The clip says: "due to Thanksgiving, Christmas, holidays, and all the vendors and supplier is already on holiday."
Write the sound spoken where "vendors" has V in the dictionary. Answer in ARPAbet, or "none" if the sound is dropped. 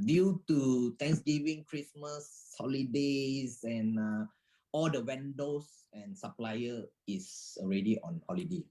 W